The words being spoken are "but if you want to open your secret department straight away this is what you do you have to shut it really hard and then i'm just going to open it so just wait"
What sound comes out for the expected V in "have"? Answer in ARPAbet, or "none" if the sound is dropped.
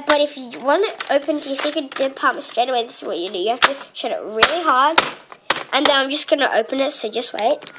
F